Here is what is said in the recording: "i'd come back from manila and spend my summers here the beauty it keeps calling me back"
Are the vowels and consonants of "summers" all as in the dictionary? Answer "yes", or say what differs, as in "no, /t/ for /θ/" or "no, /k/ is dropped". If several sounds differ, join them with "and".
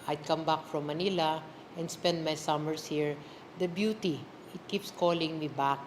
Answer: no, /s/ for /z/